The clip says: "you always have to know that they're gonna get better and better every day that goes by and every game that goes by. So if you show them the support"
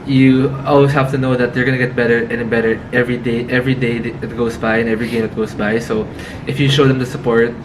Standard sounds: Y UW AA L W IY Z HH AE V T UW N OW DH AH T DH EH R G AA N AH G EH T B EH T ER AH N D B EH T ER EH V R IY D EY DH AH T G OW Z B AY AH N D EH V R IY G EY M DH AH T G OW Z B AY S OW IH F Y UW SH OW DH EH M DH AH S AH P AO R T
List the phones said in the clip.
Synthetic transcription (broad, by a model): Y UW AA L W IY S HH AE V T UW N OW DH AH T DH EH R G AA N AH G EH T B EH T ER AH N B EH T ER EH V R IY D EY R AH T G OW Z B AY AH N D EH V R IY G EY M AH T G OW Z B AY S OW IH F Y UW SH OW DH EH M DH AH S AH P AO R T